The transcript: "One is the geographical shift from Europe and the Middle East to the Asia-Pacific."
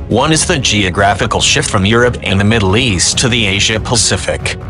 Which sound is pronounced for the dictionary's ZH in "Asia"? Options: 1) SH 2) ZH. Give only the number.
2